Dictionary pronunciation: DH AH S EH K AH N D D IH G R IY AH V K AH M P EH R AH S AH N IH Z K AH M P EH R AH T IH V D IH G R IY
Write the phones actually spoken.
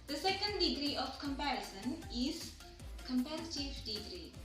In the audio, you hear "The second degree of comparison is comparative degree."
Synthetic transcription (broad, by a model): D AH S EH K AH N D D IH G R IY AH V K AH M P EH R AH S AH N IH Z K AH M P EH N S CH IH F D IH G R IY